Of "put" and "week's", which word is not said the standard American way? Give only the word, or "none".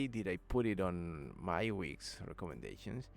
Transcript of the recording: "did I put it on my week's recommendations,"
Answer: none